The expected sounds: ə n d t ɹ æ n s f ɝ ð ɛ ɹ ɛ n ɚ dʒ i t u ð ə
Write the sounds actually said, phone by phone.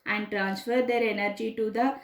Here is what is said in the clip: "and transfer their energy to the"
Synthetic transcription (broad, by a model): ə n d t ɹ æ n s f ɝ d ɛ ɹ ɛ n ɚ dʒ i t u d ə